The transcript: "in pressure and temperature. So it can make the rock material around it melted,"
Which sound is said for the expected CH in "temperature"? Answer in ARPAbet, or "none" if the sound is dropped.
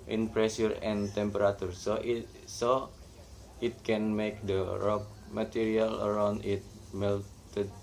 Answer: S